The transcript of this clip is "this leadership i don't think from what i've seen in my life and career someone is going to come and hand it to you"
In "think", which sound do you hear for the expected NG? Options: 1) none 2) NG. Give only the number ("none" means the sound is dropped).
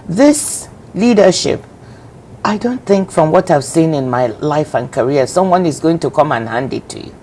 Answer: 2